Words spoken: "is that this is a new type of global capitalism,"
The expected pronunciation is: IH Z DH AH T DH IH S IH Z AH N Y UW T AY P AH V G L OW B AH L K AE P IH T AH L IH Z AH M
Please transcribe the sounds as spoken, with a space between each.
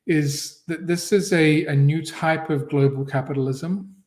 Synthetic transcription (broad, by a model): IH Z DH AH T DH IH S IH Z AH N Y UW T AY P AH V G L OW B AH L K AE P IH T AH L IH Z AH M